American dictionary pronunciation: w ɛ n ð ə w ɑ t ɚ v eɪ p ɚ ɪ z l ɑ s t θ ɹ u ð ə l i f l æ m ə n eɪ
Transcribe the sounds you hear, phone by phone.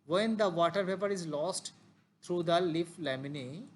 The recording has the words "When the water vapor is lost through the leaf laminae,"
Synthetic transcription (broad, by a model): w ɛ n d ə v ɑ t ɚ p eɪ p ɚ ɪ z l ɑ s t t ɹ u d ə l i f l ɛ m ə n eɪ